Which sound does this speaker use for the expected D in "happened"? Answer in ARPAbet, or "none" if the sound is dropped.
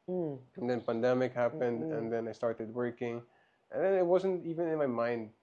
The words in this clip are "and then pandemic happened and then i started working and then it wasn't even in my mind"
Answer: D